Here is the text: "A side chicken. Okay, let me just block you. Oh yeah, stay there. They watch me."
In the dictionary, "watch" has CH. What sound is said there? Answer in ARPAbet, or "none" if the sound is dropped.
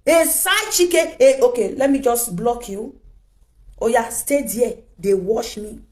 SH